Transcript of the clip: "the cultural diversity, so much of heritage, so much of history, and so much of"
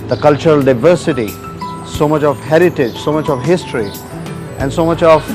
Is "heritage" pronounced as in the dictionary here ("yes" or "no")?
yes